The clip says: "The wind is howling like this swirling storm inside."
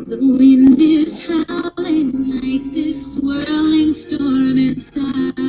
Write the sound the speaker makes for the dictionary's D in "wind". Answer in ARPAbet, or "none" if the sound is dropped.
D